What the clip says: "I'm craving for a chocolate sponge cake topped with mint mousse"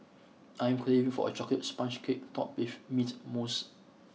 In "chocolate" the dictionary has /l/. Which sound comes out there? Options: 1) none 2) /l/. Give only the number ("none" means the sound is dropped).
1